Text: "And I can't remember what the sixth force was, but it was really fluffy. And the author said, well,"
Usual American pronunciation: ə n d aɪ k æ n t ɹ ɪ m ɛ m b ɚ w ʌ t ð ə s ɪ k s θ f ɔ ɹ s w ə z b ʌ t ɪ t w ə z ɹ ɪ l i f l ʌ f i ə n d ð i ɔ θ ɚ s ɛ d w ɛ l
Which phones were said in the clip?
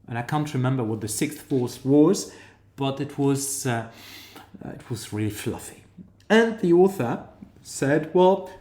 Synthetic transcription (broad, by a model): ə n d aɪ k æ n t ɹ ɪ m ɛ m b ɚ w ʌ t ð ə s ɪ k s θ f ɔ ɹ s w ə z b ʌ t ɪ t w ə z ɹ ɪ l i f l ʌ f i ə n ð i ɔ θ ɚ s ɛ d w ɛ l